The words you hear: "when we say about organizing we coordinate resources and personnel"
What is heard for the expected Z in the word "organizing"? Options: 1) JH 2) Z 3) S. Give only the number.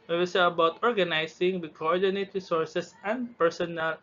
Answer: 3